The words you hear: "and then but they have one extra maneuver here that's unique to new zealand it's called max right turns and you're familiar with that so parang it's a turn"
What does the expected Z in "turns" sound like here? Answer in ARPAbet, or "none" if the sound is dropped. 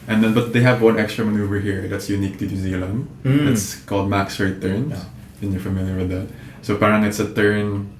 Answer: none